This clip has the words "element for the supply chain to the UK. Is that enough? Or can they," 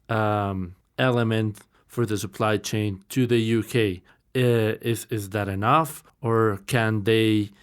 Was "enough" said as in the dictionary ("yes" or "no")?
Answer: yes